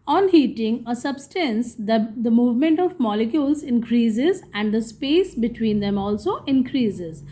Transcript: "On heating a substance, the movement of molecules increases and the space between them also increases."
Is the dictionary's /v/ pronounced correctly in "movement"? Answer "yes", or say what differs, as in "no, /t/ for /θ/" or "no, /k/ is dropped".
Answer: yes